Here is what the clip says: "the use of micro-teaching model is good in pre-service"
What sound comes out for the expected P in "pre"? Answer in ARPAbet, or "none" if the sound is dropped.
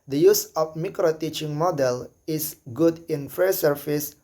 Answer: F